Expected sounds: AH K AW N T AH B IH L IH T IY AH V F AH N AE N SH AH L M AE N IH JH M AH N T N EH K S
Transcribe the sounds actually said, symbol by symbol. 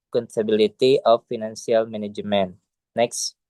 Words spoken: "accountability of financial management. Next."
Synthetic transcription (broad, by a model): K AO N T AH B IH L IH T IY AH F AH N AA N S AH L M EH N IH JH M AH N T N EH K S